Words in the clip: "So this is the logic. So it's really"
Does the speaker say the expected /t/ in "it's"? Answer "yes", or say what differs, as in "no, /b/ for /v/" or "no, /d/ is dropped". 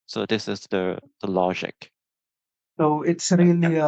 yes